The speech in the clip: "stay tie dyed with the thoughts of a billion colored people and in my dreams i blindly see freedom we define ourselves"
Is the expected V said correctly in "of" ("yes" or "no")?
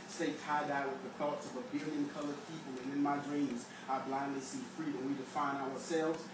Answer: yes